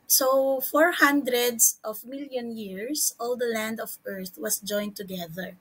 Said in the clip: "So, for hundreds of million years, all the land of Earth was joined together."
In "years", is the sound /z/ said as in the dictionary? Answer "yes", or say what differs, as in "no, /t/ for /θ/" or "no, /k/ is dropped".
no, /s/ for /z/